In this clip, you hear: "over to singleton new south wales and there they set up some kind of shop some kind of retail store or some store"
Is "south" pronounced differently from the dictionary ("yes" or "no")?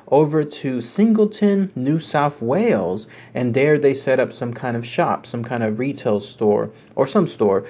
no